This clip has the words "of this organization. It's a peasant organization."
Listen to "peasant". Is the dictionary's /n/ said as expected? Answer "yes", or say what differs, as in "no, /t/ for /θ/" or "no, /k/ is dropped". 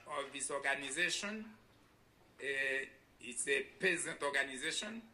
no, /n/ is dropped